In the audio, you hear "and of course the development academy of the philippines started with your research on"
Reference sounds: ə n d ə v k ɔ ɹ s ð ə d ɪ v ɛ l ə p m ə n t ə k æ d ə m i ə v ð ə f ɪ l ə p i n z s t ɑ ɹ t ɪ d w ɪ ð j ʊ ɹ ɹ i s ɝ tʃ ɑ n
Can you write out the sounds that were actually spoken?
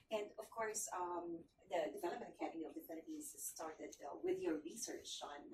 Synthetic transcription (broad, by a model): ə n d ə v k ɔ ɹ s ð ə d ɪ v ɛ l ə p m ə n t ə k æ d ə m i ə v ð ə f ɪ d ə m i z s t ɑ ɹ t ɪ d w ɪ ð j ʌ ɹ ɹ i s ɝ tʃ n